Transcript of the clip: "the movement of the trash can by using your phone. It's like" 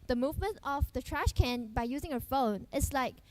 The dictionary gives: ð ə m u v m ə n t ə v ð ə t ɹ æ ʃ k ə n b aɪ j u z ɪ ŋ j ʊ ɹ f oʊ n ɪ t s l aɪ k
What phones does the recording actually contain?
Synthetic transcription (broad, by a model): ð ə m u v m ə n t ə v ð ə t ɹ æ ʃ k ə n b aɪ j u z ɪ ŋ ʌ f oʊ n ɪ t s l aɪ k